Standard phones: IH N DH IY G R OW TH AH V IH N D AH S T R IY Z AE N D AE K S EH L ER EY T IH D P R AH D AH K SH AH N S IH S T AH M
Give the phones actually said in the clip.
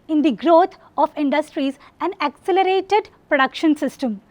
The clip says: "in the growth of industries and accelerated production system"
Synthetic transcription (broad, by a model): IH N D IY G R OW T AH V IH N D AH S T R IY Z AE N D AE K S EH L ER EY T IH D P R AH D AH K SH AH N S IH S T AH M